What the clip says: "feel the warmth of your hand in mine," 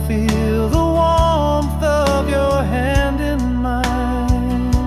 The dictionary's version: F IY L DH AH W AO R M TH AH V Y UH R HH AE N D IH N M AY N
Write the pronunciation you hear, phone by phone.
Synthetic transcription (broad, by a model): F IY L DH AH W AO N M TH AH V Y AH R HH AE N D IH N M AY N